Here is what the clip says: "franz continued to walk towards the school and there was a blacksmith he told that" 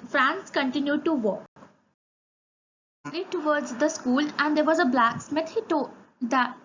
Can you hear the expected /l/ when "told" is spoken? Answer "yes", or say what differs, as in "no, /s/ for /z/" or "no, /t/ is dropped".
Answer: no, /l/ is dropped